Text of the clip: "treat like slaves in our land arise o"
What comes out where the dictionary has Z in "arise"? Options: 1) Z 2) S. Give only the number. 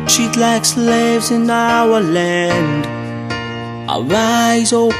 1